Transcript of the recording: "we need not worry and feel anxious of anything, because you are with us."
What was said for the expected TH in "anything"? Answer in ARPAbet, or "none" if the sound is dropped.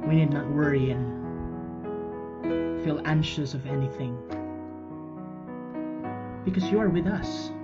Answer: TH